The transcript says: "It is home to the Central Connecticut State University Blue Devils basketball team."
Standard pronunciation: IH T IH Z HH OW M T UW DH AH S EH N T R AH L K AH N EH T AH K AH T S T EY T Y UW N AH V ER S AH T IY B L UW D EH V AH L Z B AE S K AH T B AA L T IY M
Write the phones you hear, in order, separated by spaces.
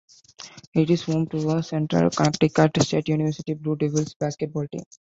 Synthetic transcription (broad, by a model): IH T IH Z HH OW M T UW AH S EH N T R AH L K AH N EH T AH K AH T S T EY T Y UW N AH V ER S AH T IY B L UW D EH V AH L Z B AE S K AH T B AA L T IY